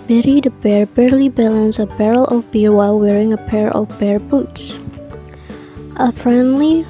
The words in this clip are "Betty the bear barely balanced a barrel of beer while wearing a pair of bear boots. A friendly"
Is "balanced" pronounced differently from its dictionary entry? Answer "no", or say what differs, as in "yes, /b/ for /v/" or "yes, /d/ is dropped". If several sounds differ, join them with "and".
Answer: yes, /t/ is dropped